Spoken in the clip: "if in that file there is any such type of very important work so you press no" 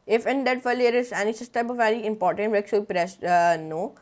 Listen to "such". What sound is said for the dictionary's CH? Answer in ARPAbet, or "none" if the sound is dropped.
S